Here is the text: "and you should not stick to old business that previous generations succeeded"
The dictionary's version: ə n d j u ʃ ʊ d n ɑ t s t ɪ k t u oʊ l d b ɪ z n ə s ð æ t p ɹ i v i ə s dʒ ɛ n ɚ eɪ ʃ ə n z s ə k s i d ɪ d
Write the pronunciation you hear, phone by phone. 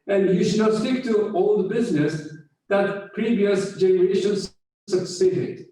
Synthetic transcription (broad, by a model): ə n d j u ʃ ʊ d n ɑ t s t ɪ k t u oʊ l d b ɪ z n ə s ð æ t p ɹ i v i ə s dʒ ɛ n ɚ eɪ ʃ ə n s s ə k s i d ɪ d